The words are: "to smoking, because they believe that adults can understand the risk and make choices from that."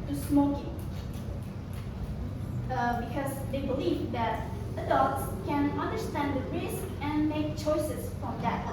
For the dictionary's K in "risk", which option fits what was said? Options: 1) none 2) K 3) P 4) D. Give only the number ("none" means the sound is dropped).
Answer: 2